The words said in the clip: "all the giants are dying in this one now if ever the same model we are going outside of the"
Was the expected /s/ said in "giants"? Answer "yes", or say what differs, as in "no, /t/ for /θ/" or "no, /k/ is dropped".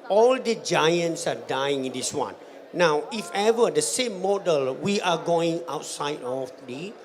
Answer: yes